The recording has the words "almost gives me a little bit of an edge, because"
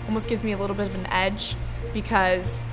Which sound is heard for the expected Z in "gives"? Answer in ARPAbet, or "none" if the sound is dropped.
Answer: Z